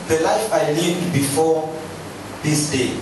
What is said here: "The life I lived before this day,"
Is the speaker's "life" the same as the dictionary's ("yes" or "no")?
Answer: yes